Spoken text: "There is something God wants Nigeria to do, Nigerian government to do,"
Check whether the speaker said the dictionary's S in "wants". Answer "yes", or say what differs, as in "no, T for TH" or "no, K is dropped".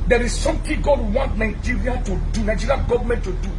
no, S is dropped